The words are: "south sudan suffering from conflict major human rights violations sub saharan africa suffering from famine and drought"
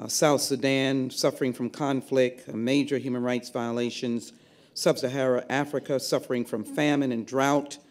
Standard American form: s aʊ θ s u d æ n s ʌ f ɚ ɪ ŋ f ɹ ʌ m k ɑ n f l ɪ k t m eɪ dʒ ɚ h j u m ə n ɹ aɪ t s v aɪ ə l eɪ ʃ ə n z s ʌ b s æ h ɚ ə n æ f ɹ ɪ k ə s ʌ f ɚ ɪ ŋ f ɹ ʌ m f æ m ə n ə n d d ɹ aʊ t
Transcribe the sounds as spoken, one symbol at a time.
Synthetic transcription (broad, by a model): s aʊ θ s u d æ n s ʌ f ɚ ɪ ŋ f ɹ ʌ m k ɑ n f l ɪ k t m eɪ dʒ ɚ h j u m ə n ɹ aɪ t s v aɪ ə l eɪ ʃ ə n z s ʌ b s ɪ h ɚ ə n æ f ɹ ɪ k ə s ʌ f ɚ ɪ ŋ f ɹ ʌ m f æ m ə n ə n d d ɹ aʊ t